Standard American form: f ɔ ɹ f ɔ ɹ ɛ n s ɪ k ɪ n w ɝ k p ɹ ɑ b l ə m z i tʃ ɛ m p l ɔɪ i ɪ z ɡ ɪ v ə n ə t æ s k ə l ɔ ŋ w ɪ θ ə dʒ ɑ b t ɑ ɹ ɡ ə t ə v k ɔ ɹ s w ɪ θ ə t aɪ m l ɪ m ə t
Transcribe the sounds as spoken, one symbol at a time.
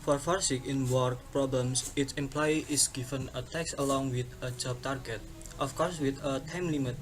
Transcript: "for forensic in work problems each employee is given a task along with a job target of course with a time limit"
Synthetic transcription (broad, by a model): f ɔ ɹ f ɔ ɹ s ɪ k ɪ n w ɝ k p ɹ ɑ b l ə m s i s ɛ m p l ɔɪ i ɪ s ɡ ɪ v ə n ə t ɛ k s ə l ɔ ŋ w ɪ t ə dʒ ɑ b t ɑ ɹ ɡ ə t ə f k ɔ ɹ s w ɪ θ ə t aɪ m l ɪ m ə t